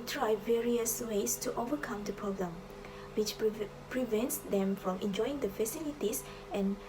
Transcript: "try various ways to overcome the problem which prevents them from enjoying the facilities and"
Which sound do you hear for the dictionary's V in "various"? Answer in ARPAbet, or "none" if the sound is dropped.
V